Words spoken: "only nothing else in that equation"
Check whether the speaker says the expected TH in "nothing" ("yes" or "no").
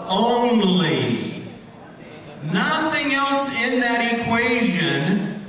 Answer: yes